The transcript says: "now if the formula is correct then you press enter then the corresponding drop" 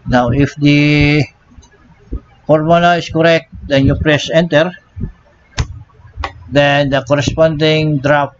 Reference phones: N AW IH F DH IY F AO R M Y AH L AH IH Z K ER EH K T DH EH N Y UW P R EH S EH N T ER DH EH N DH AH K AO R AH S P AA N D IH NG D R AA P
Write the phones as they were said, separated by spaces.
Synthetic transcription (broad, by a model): N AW IH F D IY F AO R M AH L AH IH S K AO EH K T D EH N Y UW P R EH S EH N T ER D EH N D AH K AO R AH S P AA N D IH NG D R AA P